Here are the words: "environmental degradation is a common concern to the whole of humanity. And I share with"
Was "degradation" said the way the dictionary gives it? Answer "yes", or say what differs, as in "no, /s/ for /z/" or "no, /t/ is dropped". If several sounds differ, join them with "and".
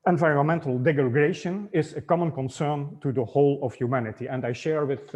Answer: no, /ɹ/ is dropped